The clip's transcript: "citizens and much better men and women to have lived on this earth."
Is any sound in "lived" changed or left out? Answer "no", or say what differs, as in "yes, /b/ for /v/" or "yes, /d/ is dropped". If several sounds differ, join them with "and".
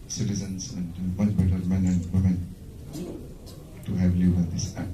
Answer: yes, /d/ is dropped